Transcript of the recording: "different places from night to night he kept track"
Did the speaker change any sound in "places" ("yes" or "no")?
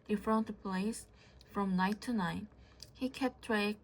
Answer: yes